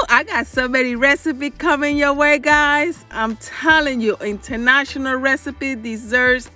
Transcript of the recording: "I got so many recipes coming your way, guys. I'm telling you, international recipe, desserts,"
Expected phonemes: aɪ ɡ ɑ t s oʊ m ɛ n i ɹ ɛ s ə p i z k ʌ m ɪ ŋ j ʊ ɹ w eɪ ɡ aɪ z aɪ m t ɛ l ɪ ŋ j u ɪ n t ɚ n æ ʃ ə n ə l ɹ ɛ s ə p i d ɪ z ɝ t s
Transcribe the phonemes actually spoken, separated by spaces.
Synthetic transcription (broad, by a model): aɪ ɡ ɑ t s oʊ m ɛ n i ɹ ɛ s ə p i k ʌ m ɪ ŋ j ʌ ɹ w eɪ ɡ aɪ z aɪ m t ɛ l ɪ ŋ j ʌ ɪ n t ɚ n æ ʃ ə n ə l ɹ ɛ s ə p i d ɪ z ɝ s